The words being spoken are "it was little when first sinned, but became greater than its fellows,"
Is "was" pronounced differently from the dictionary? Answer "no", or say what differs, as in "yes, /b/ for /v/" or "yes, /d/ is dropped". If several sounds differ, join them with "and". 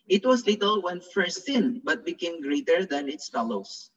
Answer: yes, /s/ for /z/